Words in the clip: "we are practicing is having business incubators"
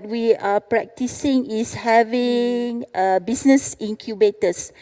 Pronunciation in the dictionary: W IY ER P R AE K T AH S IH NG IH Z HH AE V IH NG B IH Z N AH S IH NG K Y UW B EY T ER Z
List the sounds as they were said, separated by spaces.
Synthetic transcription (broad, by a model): W IY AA P R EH K T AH S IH NG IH S HH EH V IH NG B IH S N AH S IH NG K Y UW B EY T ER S